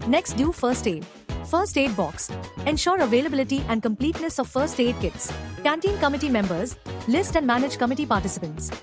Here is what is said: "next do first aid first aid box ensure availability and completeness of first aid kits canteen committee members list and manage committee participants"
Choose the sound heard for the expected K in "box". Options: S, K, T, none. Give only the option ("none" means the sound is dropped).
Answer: K